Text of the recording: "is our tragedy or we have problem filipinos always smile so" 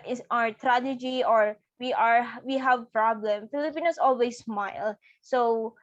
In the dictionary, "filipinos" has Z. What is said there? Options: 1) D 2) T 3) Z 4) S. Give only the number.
4